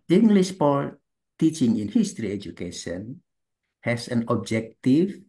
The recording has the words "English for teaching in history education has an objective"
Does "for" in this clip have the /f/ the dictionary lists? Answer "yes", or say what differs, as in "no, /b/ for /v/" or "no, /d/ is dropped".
no, /p/ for /f/